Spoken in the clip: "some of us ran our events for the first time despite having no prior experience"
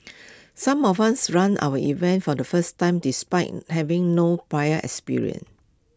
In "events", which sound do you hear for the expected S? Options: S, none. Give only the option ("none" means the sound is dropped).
none